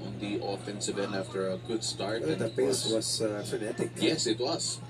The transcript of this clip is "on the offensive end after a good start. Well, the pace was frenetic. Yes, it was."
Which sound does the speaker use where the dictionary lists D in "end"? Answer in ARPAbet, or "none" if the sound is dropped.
none